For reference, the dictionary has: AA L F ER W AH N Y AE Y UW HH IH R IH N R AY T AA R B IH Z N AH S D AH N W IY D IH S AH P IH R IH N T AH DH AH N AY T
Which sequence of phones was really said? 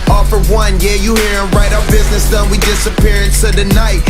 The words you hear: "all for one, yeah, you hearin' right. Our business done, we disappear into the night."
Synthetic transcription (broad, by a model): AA F ER W AH N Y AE Y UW HH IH R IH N R AY T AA B IH Z N AH S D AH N W IY D IH S AH P IH R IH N S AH DH AH N AY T